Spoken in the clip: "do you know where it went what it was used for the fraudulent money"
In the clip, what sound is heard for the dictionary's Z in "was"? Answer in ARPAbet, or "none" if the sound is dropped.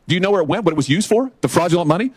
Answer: Z